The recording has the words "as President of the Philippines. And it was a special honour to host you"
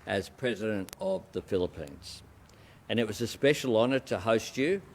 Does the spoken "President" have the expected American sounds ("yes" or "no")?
yes